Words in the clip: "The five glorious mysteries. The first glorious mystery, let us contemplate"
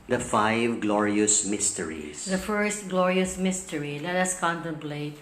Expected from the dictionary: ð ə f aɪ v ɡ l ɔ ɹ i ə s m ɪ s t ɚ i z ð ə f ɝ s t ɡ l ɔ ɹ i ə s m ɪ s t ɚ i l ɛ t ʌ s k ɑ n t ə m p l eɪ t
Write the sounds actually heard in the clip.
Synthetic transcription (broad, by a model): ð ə f aɪ v ɡ l ɔ ɹ i ə s m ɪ s t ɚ i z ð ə f ɝ s t ɡ l ɔ ɹ i ə s m ɪ s t ɚ i l ɛ t ʌ s k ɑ n t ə m p l eɪ t